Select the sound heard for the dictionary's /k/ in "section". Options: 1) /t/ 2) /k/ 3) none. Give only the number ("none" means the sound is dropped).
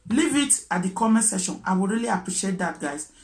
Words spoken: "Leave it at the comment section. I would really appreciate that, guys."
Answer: 3